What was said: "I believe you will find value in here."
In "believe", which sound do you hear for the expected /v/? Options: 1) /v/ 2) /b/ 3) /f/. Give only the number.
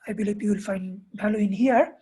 2